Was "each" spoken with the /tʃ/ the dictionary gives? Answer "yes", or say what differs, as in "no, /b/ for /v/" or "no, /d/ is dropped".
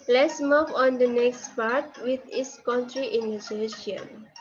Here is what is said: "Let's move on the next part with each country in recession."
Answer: no, /s/ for /tʃ/